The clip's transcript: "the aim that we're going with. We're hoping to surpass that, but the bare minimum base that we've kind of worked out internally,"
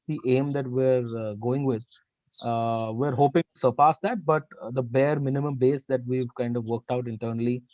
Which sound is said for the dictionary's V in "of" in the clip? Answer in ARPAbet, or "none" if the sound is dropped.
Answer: V